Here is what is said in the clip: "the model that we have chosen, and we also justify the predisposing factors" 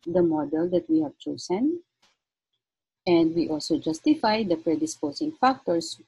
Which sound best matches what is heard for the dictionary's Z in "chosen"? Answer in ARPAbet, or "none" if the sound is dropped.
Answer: S